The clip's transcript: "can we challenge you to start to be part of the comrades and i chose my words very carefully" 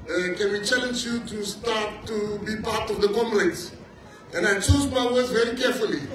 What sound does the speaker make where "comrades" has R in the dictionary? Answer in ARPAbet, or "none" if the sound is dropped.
L